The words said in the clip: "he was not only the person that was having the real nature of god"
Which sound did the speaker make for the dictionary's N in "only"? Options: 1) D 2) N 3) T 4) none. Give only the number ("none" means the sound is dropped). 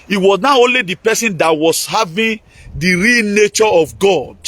2